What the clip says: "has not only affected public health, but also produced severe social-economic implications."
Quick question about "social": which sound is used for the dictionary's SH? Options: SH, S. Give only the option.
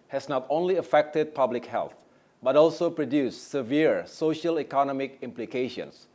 SH